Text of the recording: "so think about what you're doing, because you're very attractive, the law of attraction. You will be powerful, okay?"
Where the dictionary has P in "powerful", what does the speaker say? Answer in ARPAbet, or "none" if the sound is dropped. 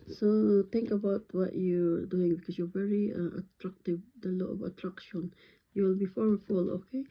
F